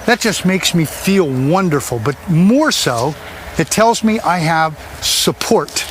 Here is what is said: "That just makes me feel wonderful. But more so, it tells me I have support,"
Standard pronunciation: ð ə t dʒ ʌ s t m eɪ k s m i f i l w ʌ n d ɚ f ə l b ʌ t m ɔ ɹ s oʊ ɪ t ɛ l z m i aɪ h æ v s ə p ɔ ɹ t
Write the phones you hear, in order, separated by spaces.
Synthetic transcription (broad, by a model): ð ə t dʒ ʌ s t m eɪ k s m i f i l w ʌ n d ɚ f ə l b ʌ t m ɔ ɹ s oʊ ɪ t ɛ l z m i aɪ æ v s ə p ɔ ɹ t